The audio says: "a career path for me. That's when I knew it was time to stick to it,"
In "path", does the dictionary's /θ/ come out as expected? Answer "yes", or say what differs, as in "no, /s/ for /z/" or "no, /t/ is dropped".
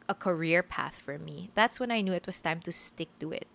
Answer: yes